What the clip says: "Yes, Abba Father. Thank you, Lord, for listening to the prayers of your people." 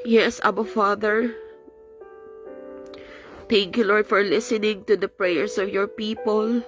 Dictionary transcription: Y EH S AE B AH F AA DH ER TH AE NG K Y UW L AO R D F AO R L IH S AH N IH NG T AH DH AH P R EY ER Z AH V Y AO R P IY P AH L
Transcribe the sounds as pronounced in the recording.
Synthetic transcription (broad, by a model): Y EH S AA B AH F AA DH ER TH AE NG K Y UW L AO R D F AO R L IH S AH N IH NG T AH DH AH P R EY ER S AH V Y AO R P IY P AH L